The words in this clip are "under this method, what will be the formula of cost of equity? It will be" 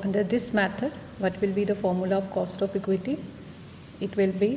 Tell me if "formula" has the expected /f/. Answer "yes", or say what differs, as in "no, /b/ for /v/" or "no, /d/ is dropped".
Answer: yes